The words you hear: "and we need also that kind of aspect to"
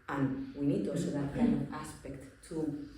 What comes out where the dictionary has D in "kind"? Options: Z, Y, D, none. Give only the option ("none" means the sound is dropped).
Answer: none